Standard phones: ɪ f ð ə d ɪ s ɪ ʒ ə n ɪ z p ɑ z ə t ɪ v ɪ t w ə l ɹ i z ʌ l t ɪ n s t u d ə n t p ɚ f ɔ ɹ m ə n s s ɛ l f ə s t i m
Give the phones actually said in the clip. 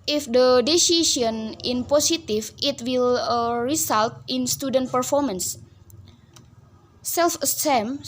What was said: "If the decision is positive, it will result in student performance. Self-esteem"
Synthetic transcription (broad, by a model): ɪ f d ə d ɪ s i ʃ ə n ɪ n p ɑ s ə t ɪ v ɪ t w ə l ɹ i s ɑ l t ɪ n s t u d ə n t p ɚ f ɔ ɹ m ə n s s ɛ l f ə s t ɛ m